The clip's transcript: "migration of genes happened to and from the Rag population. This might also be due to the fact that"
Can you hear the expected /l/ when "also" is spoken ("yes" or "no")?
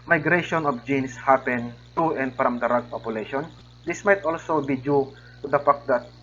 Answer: yes